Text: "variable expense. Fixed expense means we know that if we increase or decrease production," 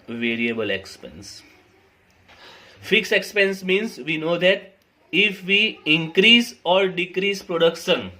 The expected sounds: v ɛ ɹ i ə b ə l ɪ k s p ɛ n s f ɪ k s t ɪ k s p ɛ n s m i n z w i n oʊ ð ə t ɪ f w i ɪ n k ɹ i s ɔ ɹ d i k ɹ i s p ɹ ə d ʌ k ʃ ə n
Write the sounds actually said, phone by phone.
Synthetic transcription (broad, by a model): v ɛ ɹ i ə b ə l ɪ k s p ɛ n s f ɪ k s ɪ k s p ɛ n s m i n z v i n oʊ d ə t ɪ f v i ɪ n k ɹ i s ɔ ɹ d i k ɹ i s p ɹ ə d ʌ k ʃ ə n